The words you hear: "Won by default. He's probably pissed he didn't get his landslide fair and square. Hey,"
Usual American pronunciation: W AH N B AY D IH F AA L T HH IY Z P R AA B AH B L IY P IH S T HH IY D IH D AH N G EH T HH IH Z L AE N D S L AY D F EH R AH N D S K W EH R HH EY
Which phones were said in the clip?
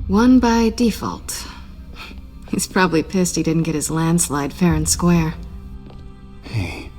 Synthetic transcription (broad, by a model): W AH N B AY D IH F AA L T HH IY Z P R AA B AH B L IY P IH S T HH IY D IH D N G EH T HH IH Z L AE N D S L AY D F EH R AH N S K W EH R HH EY